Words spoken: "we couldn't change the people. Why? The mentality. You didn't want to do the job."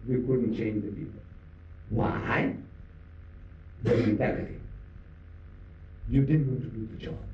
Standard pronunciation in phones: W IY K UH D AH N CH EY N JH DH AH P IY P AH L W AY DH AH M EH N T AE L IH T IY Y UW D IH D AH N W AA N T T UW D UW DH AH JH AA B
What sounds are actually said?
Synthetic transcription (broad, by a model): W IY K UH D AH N CH EY N JH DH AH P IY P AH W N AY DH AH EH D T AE IH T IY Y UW D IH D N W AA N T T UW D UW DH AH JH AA